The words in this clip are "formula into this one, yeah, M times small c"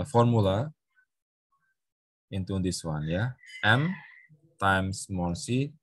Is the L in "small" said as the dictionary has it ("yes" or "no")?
no